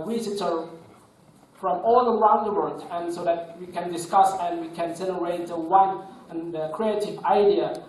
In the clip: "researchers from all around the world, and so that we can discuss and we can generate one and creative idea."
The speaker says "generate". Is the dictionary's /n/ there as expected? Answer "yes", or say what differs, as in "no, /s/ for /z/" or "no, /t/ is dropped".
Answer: no, /l/ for /n/